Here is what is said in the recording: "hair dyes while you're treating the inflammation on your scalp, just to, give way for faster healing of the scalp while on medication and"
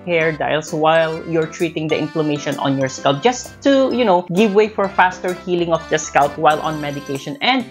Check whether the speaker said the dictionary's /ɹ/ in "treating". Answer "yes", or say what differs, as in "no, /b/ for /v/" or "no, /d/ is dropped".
yes